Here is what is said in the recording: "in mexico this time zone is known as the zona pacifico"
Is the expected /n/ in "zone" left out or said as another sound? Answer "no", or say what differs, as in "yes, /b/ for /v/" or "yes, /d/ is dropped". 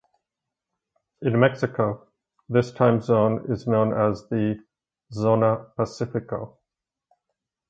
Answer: no